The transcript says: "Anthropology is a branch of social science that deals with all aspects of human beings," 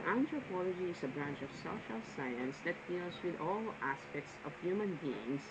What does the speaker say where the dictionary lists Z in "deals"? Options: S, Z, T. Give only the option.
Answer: S